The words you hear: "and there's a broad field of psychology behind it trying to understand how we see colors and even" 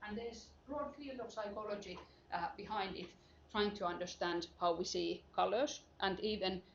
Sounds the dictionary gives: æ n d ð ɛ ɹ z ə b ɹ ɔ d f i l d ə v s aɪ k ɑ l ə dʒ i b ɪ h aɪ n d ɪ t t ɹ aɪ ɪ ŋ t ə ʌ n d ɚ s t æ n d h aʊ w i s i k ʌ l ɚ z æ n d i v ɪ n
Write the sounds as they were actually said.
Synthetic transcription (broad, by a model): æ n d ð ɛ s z b ɹ ɔ d f i l d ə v s aɪ k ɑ l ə dʒ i b ɪ h aɪ n d ɪ t t ɹ aɪ ɪ ŋ t ə ʌ n d ɚ s t æ n d h aʊ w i s i k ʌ l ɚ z æ n d i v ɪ n